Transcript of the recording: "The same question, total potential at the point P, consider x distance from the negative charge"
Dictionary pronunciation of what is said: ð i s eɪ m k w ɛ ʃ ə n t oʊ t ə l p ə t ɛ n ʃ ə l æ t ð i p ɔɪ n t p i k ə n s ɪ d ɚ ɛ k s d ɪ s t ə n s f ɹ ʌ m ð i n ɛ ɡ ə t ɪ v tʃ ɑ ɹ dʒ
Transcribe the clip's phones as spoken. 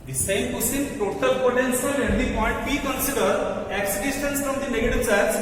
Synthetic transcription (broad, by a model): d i s eɪ m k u s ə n t oʊ t ə l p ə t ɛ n s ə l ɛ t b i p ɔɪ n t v i k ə n s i d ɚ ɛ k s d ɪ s t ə n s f ɹ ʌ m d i n ɛ ɡ ə t ɪ v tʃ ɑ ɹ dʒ